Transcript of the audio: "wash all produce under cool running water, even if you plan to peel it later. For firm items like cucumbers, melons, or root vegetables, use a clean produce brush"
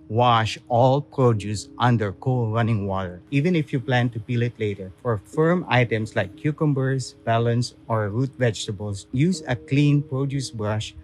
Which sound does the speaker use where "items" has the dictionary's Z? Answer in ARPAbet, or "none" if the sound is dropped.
S